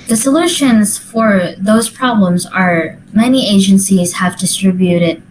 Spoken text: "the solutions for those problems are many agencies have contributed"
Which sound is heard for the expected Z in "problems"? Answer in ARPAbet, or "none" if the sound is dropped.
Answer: Z